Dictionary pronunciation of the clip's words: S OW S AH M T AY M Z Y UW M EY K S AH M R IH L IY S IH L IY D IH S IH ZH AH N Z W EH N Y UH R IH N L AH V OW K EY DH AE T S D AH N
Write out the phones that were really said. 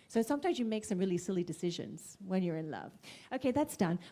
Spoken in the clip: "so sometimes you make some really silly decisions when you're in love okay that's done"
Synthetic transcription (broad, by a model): S OW S AH M T AY M Z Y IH M EY K S AH M R IH L IY S IH L IY D IH S IH ZH AH N Z W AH N Y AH R IH N L AH V OW K EY DH AE T S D AH N